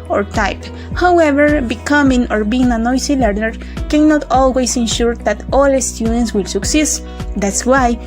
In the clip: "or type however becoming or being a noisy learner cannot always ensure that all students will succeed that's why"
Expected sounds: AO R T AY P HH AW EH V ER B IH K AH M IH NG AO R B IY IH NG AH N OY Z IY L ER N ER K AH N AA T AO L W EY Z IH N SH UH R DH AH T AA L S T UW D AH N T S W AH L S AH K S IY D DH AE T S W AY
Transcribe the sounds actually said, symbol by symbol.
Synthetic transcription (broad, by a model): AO R T AY P HH AW EH V ER B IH K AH M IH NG AO R B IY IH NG AH N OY S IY L ER N ER K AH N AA T AO L W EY S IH N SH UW R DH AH T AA L S T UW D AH N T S W AH L S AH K S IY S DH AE T S W AY